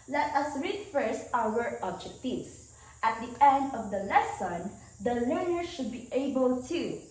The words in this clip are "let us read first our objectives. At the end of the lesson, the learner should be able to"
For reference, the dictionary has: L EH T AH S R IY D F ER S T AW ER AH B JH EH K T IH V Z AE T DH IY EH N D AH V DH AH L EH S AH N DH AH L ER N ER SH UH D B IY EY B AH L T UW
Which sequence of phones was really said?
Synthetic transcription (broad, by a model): L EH T AH S R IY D F ER S T AW ER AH B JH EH K T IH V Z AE T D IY EH N D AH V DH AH L EH S AH N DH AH L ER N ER SH UH D B IY EY B AH L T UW